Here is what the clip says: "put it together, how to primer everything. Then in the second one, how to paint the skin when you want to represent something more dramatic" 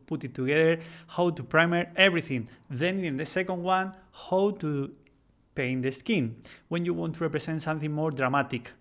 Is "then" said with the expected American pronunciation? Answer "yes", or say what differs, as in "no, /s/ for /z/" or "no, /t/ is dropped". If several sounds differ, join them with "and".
yes